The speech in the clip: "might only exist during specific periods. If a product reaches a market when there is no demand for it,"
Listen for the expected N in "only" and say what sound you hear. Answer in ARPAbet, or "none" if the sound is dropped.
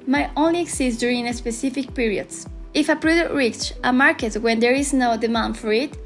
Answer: N